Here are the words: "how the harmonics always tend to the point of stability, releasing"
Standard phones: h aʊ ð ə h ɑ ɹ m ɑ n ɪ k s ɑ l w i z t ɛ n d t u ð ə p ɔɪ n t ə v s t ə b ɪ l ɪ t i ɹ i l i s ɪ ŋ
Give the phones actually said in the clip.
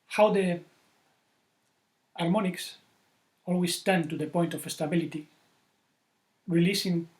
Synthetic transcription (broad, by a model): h aʊ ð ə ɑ ɹ m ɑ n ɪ k s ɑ l w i s t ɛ n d t u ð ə p ɔɪ n t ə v s t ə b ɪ l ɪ t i ɹ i l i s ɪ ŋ